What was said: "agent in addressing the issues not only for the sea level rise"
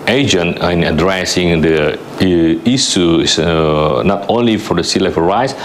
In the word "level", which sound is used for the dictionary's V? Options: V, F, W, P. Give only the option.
F